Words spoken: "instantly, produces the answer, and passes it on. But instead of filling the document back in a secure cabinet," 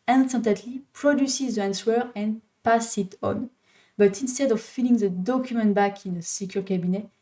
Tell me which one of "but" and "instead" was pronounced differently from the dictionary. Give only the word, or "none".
none